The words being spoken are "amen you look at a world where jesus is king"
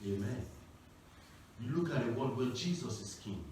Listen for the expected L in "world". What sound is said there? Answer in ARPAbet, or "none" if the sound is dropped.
none